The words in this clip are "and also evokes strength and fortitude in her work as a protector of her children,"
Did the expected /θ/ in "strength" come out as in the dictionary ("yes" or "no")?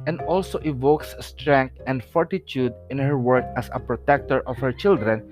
no